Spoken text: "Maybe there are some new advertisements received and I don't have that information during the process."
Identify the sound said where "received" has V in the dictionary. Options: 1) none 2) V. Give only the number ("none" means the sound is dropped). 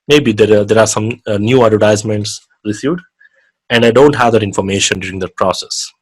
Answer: 1